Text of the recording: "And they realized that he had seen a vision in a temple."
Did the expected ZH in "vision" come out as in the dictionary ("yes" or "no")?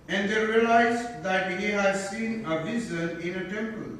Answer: no